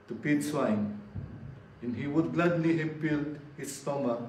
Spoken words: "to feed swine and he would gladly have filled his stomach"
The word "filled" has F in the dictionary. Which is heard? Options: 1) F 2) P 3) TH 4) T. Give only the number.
2